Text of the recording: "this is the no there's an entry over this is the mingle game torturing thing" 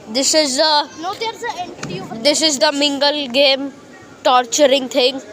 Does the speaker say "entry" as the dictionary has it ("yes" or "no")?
no